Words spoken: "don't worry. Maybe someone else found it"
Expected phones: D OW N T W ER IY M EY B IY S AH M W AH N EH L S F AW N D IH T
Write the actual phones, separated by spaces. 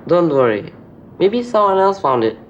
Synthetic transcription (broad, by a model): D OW N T W ER IY M EY B IY S AH M W AH N EH L S F AW N D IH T